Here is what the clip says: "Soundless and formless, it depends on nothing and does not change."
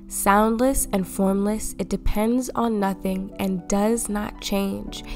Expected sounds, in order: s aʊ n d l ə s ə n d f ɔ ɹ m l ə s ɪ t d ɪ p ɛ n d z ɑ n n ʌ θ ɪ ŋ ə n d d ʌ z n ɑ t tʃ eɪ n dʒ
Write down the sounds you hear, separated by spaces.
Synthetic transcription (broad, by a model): s aʊ n d l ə s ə n f ɔ ɹ m l ə s ɪ t d ɪ p ɛ n d z n n ʌ θ ɪ ŋ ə n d d ʌ z n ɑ t tʃ eɪ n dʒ